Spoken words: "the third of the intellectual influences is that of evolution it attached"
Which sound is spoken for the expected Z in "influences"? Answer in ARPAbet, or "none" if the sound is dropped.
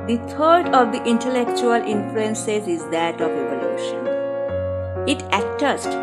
S